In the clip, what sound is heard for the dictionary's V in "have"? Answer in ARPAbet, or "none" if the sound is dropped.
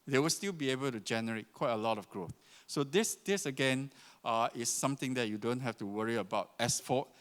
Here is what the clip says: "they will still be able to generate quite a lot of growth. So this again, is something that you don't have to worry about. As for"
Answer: F